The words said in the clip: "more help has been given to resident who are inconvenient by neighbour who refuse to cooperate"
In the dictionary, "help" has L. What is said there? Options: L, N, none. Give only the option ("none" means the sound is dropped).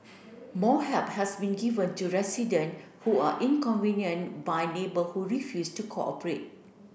none